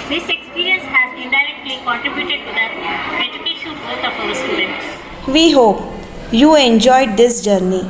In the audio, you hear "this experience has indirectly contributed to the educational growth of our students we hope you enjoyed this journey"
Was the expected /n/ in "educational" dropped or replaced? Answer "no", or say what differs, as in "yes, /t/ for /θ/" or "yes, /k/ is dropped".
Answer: yes, /n/ is dropped